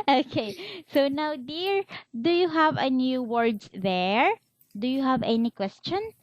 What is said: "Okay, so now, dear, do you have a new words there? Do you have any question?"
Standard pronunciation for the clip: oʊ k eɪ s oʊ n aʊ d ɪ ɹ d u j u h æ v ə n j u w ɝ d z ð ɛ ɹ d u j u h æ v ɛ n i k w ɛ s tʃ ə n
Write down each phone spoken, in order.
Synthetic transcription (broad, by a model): oʊ k eɪ s oʊ n aʊ d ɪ ɹ d u j u h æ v ə n j u w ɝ d s ð ɛ ɹ d u j u h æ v ɛ n i k w ɛ s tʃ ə n